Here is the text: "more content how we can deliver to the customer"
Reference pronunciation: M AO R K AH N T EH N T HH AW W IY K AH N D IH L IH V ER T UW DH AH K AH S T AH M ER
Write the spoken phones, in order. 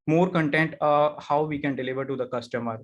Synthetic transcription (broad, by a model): M AO R K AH N T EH N T HH AW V IY K AH N D IH L IH V ER T UW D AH K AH S T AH M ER